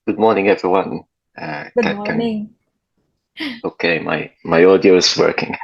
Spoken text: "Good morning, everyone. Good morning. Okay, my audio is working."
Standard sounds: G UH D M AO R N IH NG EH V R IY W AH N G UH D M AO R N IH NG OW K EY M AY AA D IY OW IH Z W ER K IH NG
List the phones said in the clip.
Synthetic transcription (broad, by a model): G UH D M AO R N IH NG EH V R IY W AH N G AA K AO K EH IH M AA IH M AY AA D IY OW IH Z W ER K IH NG